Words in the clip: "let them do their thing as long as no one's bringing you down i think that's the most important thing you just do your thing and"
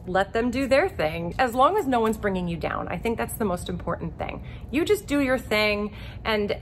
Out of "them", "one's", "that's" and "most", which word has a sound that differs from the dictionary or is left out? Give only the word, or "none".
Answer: none